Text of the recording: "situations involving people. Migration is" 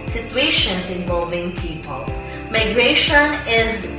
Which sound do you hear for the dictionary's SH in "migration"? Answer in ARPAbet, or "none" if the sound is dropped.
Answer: SH